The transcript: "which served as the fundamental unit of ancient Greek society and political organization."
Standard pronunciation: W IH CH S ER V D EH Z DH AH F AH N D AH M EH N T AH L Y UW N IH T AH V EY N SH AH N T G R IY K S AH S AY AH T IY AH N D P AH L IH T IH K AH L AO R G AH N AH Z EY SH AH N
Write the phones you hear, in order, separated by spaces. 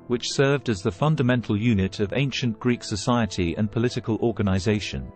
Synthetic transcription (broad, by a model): W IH CH S ER V D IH Z DH AH F AH N D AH M EH N T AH L Y UW N IH T AH V EY N SH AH N G R IY K S AH S AY AH T IY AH N P AH L IH T IH K AH L AO R G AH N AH Z EY SH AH N